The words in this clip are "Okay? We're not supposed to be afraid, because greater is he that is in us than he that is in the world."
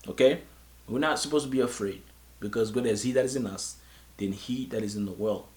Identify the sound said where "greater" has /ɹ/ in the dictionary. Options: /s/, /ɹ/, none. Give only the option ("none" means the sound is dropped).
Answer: none